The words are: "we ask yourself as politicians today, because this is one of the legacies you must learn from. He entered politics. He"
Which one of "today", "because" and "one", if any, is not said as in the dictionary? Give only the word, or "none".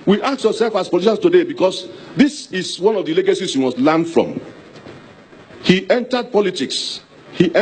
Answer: because